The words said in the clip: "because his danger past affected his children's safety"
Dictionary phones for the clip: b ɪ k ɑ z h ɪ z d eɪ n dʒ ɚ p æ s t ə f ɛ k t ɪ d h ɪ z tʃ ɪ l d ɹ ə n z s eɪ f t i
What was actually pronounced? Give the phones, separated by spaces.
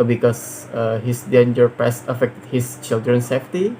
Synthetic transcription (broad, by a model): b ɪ k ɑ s h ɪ s d eɪ n dʒ ɚ p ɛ s ə f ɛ k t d h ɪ s tʃ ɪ l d ɹ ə n s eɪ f t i